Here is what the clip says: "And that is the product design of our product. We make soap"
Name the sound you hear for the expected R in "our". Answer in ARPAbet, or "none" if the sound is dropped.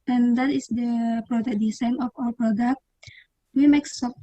L